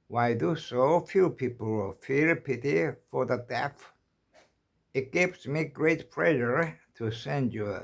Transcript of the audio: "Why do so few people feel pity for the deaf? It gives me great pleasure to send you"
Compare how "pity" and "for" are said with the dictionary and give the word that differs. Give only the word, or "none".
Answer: none